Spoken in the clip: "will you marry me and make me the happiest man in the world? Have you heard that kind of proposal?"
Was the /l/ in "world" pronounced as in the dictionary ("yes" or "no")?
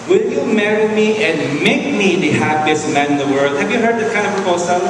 yes